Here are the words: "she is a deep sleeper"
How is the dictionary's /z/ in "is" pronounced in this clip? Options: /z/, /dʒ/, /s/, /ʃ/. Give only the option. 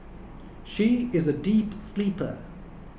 /z/